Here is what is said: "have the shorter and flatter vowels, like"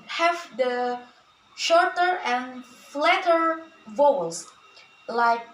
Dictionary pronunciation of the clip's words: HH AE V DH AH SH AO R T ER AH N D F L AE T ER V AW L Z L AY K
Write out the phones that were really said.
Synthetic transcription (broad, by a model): HH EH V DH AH SH AO R T ER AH N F L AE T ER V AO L S L AY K